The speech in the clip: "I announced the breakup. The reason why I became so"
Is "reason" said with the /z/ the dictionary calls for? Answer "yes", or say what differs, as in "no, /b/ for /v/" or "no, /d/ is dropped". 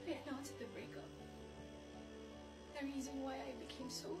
yes